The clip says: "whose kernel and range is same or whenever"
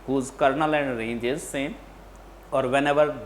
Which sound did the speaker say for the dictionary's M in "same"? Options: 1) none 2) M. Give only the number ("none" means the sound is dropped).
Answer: 1